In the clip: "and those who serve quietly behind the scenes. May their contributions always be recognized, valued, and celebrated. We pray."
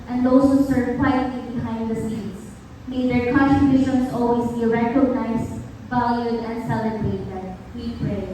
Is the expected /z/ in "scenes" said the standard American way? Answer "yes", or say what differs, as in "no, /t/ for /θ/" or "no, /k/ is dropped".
no, /s/ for /z/